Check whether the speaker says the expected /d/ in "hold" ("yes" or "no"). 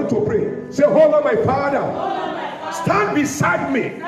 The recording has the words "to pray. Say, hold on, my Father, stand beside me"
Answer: no